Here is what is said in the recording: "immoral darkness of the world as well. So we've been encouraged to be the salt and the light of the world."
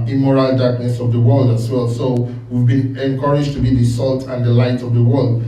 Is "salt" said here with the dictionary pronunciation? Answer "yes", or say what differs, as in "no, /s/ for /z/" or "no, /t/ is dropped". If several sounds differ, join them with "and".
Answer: yes